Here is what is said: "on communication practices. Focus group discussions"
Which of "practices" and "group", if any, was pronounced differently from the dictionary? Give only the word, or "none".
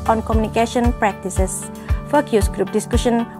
practices